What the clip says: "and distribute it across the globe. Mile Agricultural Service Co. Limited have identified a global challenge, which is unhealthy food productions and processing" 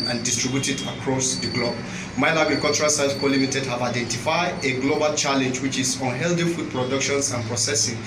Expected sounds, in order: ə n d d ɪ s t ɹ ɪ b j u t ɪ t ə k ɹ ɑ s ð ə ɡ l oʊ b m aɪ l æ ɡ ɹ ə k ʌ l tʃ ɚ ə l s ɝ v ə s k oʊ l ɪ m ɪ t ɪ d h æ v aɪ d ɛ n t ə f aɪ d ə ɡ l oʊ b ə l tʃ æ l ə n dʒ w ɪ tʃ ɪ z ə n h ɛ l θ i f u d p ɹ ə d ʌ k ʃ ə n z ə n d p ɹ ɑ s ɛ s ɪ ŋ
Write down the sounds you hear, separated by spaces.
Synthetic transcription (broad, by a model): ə n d d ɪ s t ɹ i b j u t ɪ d ə k ɹ ɑ s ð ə ɡ l oʊ b m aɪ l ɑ ɡ ɹ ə k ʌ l tʃ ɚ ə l s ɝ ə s k oʊ l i m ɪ t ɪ d h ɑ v aɪ d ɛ n t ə f aɪ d ə ɡ l oʊ b ə l tʃ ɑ l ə n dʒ w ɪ tʃ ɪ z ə n h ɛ l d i f u d p ɹ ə d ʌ k ʃ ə n s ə n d p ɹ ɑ s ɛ s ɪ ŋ